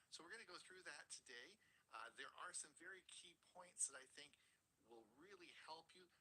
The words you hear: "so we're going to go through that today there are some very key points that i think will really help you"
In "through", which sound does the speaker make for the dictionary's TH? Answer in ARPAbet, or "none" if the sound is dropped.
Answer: TH